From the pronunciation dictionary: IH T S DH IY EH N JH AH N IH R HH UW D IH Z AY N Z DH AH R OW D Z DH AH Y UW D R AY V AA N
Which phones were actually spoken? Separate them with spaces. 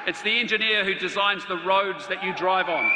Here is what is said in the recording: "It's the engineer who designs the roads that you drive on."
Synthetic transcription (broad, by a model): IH T S DH IY EH N JH AH N IH R HH UW D IH Z AY N Z DH AH R OW D Z DH AH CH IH D R AY V N